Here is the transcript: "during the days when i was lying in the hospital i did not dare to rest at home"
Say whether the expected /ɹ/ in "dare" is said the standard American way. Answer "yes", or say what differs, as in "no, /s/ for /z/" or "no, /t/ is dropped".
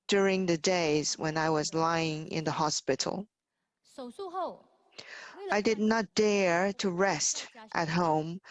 yes